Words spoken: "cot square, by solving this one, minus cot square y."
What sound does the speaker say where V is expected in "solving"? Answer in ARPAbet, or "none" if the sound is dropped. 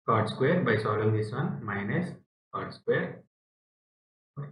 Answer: none